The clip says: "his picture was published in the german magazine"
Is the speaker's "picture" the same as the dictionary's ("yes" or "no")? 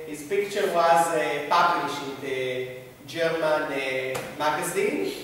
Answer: yes